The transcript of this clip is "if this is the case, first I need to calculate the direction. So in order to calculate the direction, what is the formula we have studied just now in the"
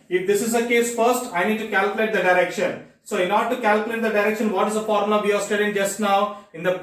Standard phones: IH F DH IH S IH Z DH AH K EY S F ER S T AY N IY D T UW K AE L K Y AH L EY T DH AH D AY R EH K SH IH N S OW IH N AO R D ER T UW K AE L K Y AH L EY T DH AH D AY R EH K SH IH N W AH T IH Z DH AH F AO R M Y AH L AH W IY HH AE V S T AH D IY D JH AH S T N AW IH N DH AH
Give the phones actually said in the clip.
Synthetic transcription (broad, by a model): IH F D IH S IH Z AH K EY S F ER S T AY N IY D T UW K AE L K Y AH L EY T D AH D AY R EH K SH IH N S OW IH N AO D T UW K AE L K Y AH L EY T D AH D AY R EH K SH IH N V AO T IH Z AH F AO R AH N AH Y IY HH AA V S T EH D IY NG JH AH S T N AW IH N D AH